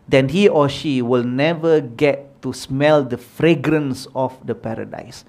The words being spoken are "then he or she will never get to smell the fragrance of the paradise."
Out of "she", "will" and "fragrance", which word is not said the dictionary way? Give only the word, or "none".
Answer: none